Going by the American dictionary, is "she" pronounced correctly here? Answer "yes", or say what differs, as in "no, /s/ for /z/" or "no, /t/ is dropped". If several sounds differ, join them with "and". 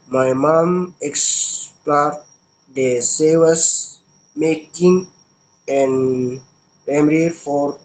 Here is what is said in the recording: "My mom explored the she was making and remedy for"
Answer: no, /s/ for /ʃ/